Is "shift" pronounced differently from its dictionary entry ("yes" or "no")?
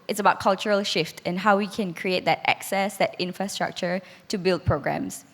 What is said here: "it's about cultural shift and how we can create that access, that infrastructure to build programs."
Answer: no